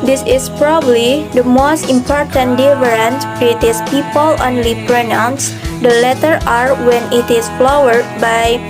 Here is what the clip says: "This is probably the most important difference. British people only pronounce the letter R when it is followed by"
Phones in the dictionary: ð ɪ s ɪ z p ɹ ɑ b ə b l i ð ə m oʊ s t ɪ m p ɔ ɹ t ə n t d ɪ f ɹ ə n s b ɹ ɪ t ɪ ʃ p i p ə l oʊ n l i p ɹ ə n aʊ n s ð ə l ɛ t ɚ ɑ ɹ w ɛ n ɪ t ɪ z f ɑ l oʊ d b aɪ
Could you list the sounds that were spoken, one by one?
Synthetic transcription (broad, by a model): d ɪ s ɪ s p ɹ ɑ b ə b l i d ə m oʊ s t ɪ m p ɔ ɹ t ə n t d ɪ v ɹ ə n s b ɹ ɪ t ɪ s p i p ə l oʊ n l i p ɹ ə n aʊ n s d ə l ɛ t ɚ ɑ ɹ w ɛ n ɪ t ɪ s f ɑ w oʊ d b aɪ